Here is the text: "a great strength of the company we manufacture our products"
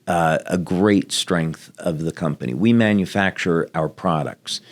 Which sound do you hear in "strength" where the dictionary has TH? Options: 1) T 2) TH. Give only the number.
2